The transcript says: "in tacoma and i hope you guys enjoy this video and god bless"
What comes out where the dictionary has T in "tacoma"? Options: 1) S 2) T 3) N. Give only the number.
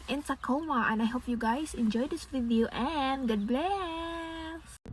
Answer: 1